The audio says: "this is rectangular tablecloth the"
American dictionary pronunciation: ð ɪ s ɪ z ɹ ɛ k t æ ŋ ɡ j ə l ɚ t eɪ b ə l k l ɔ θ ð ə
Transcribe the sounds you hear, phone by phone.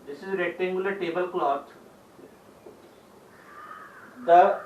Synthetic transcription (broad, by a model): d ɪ s ɪ z ɹ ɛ t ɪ ŋ ɡ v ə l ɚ t eɪ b ə l k l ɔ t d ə